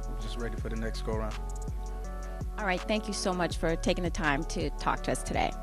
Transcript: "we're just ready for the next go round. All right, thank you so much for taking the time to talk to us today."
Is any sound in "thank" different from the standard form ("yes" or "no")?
no